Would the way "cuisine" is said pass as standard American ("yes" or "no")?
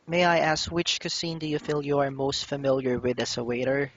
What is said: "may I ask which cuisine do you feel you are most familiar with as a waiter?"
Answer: no